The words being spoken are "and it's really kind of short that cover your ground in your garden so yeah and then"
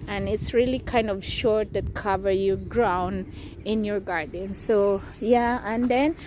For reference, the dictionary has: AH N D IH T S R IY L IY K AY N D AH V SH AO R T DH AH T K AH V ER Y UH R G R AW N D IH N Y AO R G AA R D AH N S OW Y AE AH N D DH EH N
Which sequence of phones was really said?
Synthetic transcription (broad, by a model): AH N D IH T S R IY L IY K AY N D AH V SH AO R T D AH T K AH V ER Y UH G R AW N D IH N Y AO R G AA R D AH N S OW Y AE AH N D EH N